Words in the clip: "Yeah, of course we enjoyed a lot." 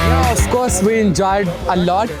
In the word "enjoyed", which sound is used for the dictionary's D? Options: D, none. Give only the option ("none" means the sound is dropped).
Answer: D